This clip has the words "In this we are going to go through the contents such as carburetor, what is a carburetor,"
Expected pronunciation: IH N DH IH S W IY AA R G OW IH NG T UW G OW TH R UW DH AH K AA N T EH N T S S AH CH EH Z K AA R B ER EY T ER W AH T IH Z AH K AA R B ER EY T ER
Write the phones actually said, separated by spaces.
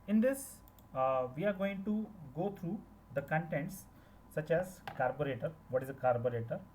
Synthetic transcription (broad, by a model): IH N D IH S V IY AA R G OW IH NG T UW G OW T R UW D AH K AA N T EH N T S S AH CH EH Z K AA R B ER EY T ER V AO T IH Z AH K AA R B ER EY T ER